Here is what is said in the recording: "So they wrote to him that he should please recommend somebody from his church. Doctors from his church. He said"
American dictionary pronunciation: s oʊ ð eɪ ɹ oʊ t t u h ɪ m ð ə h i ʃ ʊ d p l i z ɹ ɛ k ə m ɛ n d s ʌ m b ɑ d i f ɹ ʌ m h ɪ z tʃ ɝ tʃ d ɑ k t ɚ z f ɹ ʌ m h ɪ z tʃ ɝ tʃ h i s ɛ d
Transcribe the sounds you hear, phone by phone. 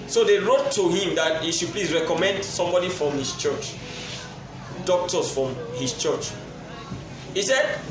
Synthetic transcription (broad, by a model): s oʊ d eɪ ɹ oʊ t t u h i m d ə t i ʃ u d p l i s ɹ ɛ k ə m ɛ n d s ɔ m b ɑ d i f ɹ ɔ m h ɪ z tʃ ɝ tʃ d ɑ k t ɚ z f ɹ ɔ m h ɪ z tʃ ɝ tʃ h i s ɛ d